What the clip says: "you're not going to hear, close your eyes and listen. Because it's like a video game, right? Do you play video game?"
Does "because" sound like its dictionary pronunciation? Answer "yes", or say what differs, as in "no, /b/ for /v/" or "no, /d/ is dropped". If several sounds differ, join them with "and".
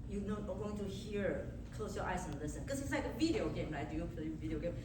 no, /s/ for /z/